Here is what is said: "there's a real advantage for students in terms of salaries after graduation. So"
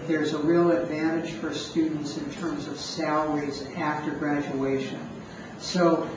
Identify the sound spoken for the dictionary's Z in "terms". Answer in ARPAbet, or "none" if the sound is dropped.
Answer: Z